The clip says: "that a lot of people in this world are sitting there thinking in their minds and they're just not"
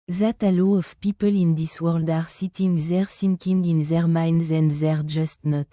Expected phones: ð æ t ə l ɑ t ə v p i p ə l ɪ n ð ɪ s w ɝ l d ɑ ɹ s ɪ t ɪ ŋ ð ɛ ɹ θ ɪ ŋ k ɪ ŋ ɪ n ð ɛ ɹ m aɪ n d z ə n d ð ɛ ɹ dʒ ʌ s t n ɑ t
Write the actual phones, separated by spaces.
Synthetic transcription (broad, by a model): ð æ t ə l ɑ ə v p i p ə l ɪ n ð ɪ s w ɝ l d ɑ ɹ s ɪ t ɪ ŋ ð ɛ ɹ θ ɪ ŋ k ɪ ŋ ɪ n ð ɛ ɹ m aɪ n d z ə n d ð ɛ ɹ dʒ ʌ s t n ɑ t